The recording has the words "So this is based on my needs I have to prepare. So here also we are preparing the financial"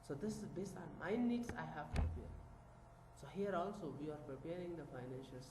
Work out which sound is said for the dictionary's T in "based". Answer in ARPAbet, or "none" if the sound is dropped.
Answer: none